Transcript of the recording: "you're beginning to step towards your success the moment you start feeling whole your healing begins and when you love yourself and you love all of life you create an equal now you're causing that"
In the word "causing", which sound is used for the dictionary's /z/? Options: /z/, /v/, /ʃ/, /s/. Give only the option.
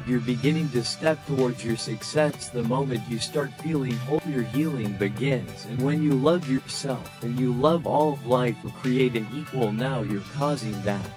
/z/